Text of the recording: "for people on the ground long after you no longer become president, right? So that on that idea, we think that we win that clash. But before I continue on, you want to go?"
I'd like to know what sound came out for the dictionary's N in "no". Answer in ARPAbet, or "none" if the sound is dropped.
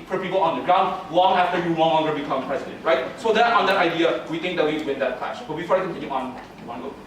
L